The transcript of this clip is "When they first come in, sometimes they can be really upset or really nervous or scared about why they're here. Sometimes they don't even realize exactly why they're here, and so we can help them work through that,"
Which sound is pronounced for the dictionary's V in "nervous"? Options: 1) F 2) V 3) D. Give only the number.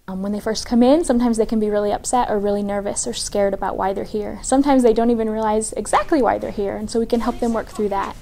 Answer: 2